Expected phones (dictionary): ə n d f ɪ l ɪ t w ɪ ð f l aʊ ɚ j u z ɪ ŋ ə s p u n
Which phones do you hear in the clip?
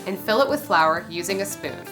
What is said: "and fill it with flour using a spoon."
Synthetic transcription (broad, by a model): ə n f ɪ l ɪ t w ɪ ð f l aʊ ɚ j u z ɪ ŋ ə s p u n